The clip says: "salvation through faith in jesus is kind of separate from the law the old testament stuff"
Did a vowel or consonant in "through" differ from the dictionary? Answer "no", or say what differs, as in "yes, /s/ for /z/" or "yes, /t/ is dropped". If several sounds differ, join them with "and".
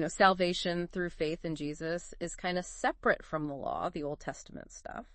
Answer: no